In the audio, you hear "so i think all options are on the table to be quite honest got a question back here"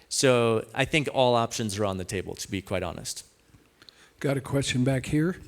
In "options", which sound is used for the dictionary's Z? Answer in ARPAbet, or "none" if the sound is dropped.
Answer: Z